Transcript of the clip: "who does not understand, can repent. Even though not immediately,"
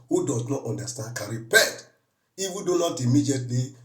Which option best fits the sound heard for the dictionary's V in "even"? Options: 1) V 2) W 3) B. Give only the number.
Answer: 2